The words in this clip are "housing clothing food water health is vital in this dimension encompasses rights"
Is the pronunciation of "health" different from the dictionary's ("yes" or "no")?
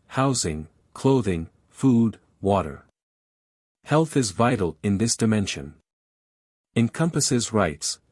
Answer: no